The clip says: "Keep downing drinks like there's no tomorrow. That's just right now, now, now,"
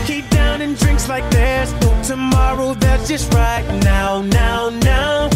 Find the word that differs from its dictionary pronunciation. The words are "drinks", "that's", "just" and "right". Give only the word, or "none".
none